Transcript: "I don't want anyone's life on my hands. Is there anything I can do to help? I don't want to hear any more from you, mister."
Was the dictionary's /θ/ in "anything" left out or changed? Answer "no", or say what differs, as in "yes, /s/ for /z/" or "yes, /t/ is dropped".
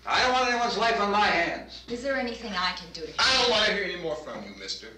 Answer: no